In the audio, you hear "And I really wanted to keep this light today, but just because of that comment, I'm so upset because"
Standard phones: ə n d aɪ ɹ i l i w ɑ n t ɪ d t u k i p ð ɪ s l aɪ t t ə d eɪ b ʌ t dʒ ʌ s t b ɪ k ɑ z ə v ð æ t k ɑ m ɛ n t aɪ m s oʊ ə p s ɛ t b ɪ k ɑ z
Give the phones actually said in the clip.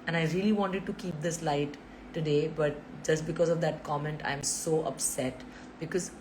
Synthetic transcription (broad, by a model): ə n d aɪ ɹ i l i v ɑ n t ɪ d t u k i p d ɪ s l aɪ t t ə d eɪ b ʌ t dʒ ʌ s t b ɪ k ɑ z ə v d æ t k ɑ m ɛ n t aɪ m s oʊ ə p s ɛ t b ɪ k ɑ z